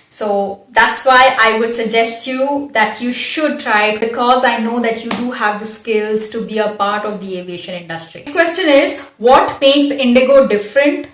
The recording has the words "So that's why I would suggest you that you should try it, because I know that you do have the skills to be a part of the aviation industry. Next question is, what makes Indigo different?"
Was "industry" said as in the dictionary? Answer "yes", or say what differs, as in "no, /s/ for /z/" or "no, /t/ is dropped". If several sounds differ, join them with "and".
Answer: yes